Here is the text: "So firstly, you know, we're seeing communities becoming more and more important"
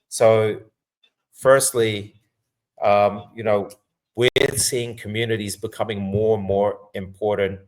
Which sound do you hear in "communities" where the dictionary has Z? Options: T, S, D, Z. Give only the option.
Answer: Z